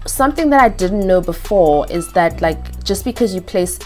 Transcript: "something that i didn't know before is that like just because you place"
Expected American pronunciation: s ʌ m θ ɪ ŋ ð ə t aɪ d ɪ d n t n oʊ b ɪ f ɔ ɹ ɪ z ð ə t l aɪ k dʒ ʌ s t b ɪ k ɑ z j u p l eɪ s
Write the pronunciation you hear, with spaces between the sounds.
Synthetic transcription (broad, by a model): s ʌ m θ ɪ ŋ ð ə t aɪ d ɪ d n t n oʊ b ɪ f ɔ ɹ ɪ z ð ə t l aɪ k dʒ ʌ s b ɪ k ɑ z j u p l eɪ s